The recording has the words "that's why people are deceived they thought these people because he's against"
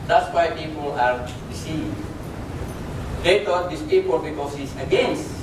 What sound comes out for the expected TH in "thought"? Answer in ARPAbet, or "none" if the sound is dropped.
T